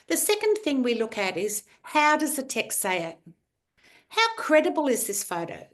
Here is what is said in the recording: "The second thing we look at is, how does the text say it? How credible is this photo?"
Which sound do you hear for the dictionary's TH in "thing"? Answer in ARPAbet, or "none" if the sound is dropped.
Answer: TH